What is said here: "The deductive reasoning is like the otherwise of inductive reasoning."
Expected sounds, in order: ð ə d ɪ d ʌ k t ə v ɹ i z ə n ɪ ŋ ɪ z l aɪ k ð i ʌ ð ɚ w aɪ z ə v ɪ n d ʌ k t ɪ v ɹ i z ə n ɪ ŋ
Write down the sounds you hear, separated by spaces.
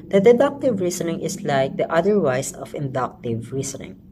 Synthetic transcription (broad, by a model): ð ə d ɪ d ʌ k t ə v ɹ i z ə n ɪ ŋ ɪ s l aɪ k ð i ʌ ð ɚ w aɪ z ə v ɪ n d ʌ k t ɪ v ɹ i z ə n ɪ ŋ